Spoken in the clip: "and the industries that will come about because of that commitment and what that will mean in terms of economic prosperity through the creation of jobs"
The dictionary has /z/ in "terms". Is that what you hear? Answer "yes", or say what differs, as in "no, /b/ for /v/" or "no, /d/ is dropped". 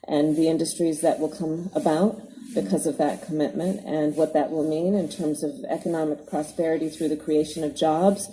yes